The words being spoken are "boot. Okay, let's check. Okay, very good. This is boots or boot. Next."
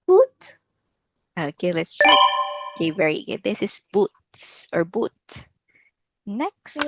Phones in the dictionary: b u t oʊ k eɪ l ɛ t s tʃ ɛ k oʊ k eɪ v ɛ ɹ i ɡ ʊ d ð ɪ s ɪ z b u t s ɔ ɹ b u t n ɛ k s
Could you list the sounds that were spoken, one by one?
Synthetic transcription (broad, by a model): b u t oʊ k eɪ l ɛ t s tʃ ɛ oʊ k eɪ v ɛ ɹ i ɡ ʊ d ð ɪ s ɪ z b u t s ɔ ɹ b u t n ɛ k s